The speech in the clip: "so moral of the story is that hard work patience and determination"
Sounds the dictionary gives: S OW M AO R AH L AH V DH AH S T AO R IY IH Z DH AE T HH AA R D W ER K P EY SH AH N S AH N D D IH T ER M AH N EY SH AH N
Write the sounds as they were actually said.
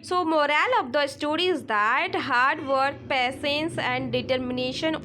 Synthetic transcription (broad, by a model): S OW M AO R AH L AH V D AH S T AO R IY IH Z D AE T HH AA R D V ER K P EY S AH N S AH N D D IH T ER M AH N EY SH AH N